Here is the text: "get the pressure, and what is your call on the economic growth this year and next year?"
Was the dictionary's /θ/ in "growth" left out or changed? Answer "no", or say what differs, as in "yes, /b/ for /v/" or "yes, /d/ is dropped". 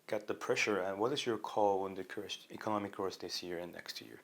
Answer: yes, /s/ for /θ/